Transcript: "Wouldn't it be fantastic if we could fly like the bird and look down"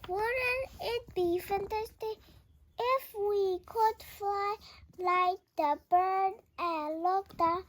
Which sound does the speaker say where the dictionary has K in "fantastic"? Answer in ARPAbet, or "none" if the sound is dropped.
none